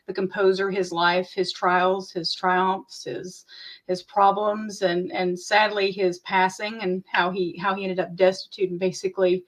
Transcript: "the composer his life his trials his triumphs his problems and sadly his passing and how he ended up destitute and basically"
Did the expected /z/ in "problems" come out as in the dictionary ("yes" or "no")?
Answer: yes